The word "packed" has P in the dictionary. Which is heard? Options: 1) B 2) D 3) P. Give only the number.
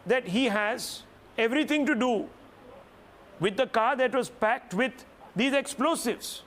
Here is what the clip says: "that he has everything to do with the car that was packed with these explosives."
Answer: 3